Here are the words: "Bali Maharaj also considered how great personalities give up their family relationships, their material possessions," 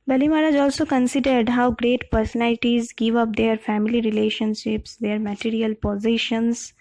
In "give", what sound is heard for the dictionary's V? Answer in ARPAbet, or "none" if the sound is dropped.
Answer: V